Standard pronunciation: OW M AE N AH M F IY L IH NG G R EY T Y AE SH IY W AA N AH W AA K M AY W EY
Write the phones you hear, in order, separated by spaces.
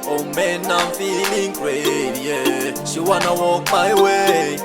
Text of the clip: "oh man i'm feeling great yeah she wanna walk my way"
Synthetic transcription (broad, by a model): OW M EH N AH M F IY L IH NG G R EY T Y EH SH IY W AA N AH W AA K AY W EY